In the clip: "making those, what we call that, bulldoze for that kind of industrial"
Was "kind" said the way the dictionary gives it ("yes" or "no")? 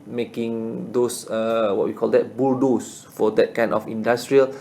no